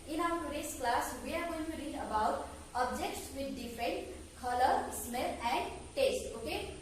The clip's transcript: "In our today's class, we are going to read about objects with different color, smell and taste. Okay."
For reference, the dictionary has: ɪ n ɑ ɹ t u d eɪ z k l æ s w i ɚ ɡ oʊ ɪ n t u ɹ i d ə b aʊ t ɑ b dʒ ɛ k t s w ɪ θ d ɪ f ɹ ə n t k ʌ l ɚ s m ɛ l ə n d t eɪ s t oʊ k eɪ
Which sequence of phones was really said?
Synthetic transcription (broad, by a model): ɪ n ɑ w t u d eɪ s k l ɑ s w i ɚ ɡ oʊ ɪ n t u ɹ i d ə b aʊ t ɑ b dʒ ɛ k t s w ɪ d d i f ɹ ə n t k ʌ l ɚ s m ɛ l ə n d t eɪ s t oʊ k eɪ